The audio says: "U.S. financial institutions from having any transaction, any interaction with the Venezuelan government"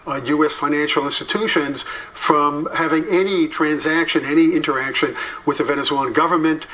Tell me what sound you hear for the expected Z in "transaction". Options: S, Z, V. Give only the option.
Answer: Z